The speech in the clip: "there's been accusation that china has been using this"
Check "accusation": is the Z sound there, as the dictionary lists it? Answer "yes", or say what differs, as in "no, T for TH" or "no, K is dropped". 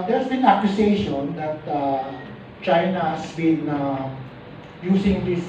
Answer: no, S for Z